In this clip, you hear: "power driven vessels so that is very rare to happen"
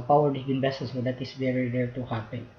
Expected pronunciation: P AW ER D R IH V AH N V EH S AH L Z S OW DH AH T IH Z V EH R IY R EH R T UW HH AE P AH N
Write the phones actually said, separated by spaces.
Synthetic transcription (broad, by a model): P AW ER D IH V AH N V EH S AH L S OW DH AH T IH S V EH R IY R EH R T UW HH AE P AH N